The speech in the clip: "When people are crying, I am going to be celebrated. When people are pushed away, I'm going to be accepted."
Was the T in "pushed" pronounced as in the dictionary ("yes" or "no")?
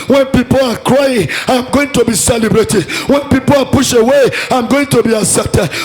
no